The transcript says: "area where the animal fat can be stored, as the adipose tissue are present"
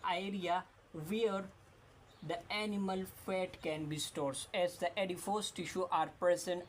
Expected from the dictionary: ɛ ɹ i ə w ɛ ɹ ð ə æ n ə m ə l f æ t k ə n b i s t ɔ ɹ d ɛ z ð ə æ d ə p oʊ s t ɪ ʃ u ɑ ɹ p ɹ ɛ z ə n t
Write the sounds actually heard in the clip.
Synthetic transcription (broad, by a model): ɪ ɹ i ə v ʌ ɹ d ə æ n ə m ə l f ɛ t k ə n b i s t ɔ ɹ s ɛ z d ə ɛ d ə f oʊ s t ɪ ʃ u ɑ ɹ p ɹ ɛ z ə n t